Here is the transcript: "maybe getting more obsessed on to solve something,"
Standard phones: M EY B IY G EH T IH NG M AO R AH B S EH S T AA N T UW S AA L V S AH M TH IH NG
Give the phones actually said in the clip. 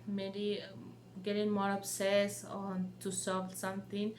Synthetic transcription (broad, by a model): M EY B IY G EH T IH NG M AO R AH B S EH S AA N T UW S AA V S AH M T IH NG